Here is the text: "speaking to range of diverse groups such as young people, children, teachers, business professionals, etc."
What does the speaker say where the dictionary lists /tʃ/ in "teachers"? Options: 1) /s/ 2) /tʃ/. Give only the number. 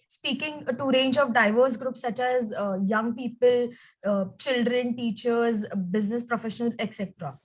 2